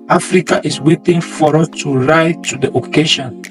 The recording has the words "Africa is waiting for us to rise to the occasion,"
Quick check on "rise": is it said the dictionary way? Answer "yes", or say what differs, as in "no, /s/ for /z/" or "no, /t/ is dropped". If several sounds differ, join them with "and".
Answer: no, /z/ is dropped